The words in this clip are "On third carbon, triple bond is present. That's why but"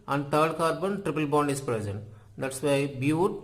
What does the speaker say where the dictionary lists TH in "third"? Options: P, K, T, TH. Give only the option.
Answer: T